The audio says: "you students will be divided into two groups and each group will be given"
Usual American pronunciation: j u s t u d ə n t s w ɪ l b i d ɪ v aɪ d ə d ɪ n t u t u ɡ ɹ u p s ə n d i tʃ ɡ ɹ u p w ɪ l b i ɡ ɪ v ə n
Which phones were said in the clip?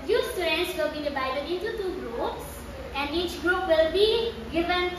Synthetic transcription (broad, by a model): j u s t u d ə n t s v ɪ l b i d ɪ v aɪ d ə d ɪ n t u t u ɡ ɹ u p s ə n d i tʃ ɡ ɹ u p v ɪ l b i ɡ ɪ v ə n